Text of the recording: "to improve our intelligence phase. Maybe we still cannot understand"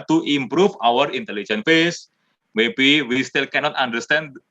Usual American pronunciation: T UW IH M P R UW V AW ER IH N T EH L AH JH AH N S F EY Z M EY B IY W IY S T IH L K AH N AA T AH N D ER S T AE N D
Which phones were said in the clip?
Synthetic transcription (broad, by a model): T UW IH M P R UW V AW ER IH N T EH L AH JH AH N F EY S M EY B IY W IY S T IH L K AH N AA T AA N D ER S T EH N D